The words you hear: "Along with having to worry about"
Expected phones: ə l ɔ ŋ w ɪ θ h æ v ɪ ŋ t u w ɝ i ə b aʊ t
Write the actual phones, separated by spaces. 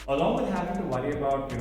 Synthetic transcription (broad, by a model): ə l ɔ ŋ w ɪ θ h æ p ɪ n t u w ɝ i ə b aʊ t